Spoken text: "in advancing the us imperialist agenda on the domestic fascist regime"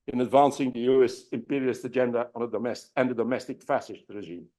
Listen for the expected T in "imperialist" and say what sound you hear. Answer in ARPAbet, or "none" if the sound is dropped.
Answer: none